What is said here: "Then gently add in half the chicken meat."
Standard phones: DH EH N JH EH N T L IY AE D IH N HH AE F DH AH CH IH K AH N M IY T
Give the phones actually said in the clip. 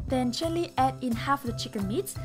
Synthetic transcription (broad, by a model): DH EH N CH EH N L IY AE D IH N HH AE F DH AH CH IH K AH N M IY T